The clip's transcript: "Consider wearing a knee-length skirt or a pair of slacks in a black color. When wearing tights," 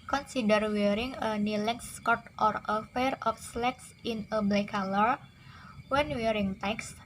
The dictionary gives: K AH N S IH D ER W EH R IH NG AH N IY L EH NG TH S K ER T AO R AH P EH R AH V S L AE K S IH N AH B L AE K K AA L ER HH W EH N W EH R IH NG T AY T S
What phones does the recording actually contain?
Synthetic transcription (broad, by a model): K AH N S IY D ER W EH R IH NG AH N IY L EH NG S K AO T AO R AH F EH R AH F S L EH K S IH N AH B L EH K K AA L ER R W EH N W EH R IH NG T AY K S